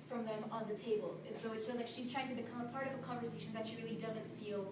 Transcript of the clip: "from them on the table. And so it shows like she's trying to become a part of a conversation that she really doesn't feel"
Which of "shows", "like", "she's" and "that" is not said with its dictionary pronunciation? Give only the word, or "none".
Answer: shows